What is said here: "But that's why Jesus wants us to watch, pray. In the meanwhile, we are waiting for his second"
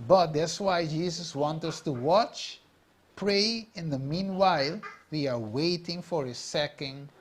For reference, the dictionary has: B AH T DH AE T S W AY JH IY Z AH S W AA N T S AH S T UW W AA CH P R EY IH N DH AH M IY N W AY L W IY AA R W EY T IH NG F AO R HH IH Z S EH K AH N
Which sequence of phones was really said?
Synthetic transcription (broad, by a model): B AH T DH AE T S W AY JH IY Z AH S W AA N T AH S T UW W AA CH P R EY IH N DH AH M IY N W AY L W IY AA R W EY T IH NG F AO R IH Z S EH K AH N